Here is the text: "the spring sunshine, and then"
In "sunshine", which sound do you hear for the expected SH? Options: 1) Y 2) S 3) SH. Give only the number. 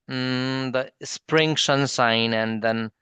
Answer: 2